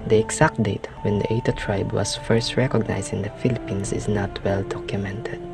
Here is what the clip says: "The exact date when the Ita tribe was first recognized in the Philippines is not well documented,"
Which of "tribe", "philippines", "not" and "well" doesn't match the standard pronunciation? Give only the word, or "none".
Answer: philippines